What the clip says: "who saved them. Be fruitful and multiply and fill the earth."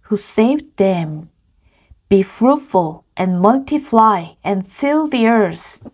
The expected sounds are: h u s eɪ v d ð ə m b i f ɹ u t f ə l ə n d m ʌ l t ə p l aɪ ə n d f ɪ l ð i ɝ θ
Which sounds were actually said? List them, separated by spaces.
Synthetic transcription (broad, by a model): h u s eɪ v ð ə m b i f ɹ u t f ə l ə n m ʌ l t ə f l aɪ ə n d f ɪ l ð i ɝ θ